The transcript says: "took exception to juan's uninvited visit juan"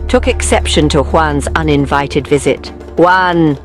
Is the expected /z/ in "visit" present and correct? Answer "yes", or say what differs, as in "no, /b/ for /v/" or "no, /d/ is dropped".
yes